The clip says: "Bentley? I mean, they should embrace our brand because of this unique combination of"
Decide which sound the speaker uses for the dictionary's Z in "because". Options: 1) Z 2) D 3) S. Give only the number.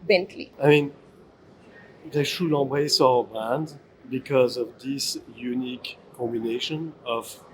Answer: 1